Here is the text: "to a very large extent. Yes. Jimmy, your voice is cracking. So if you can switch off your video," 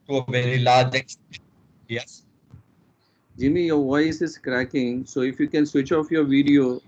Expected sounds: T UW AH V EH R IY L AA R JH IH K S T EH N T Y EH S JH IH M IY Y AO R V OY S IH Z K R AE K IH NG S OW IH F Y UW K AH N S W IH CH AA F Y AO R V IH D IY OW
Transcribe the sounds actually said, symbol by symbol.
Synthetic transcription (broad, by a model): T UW AH V EH R IY L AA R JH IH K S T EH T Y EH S JH IH M IY Y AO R V OY S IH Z K R AE K IH NG S OW IH F Y UW K AH N S W IH CH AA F Y AO R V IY D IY OW